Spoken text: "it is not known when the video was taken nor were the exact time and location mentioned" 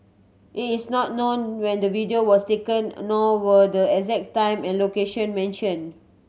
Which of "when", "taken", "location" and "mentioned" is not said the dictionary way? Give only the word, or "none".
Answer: mentioned